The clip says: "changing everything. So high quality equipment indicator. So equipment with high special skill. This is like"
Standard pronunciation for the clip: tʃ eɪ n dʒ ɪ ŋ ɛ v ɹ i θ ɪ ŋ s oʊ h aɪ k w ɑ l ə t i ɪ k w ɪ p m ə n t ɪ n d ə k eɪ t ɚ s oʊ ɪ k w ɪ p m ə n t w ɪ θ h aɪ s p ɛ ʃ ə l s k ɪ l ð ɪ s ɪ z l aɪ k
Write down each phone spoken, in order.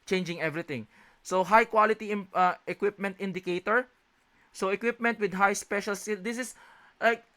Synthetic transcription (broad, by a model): tʃ eɪ n dʒ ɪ ŋ ɛ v ɹ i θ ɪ ŋ s oʊ h aɪ k w ɑ l ə t i ɪ k w ɪ p m ə n t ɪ n d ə k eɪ t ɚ s oʊ ɪ k w ɪ p m ə n t w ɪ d h aɪ s p ɛ ʃ ə l s ɪ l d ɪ s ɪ s l aɪ k